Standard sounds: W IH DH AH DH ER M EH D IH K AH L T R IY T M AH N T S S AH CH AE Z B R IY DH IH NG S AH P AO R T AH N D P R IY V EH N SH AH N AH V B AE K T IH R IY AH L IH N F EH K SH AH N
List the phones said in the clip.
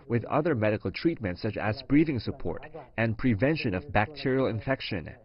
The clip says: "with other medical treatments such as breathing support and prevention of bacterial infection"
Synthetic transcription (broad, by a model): W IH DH AH DH ER M EH D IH K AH L T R IY T M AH N T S S AH CH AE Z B R IY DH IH NG S AH P AO R T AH N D P R IY V EH N SH AH N AH V B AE K T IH R IY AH L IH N F EH K SH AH N